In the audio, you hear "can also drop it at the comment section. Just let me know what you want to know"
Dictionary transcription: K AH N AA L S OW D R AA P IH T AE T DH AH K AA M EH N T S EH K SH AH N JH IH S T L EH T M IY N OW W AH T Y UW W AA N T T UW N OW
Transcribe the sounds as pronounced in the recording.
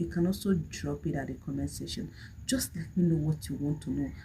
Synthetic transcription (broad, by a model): K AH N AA S OW D R AA P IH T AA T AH K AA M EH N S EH SH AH N JH IH S T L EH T M IY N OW W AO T Y UW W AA N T T UW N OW